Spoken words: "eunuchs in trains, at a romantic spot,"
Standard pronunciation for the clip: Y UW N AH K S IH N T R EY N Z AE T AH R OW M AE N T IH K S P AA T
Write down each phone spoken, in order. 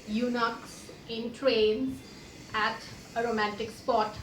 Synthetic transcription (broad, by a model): Y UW N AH K S IH N T R EY N AE T AH R OW M AE N T IH K S P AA T